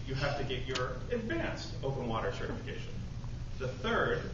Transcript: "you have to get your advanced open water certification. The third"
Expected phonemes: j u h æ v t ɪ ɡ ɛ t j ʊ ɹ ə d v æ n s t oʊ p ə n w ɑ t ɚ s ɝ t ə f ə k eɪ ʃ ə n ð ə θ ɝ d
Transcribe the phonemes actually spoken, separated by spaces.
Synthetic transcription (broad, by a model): j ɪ h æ f t ɪ ɡ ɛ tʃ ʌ ɹ ə d v æ n s t oʊ p ə n w ɑ t ɚ s ɝ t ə f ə k eɪ ʃ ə n ð ə θ ɝ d